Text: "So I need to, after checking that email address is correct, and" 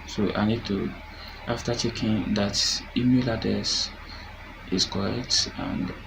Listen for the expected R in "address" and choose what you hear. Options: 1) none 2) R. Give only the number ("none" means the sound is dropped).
1